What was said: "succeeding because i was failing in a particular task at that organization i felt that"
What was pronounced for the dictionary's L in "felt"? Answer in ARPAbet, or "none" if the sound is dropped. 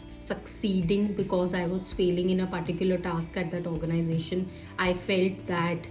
L